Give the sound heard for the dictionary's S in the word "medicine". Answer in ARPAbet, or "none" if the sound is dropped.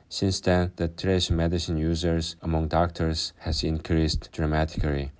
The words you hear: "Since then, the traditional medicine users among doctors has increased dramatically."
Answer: S